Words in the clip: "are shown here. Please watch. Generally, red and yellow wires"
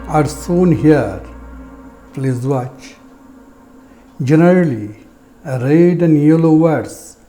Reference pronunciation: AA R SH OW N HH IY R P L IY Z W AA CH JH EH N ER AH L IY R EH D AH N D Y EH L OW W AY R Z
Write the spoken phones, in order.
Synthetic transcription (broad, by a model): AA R S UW N HH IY R P L IY Z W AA CH JH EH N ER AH L IY R EH D AH N D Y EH L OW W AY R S